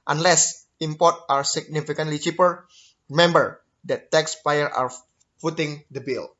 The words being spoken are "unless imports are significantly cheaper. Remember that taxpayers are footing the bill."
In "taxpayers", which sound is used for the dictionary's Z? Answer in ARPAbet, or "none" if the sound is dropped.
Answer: none